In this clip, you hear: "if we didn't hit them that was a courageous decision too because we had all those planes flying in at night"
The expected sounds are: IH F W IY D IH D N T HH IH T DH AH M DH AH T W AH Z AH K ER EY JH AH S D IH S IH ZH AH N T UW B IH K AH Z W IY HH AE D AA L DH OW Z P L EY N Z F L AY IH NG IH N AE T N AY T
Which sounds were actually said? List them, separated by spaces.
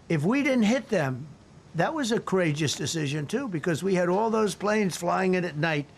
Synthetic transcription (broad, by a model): IH F W IY D IH D N T HH IH T DH AH M DH AH T W AH Z AH K ER EY JH AH S D IH S IH ZH AH N T UW B IH K AH Z W IY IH D AA L DH OW Z P L EY N Z F L AY IH NG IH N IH T N AY T